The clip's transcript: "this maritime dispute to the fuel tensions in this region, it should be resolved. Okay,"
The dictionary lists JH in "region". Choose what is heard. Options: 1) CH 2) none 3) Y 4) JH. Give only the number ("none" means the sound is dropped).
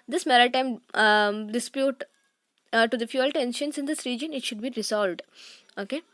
4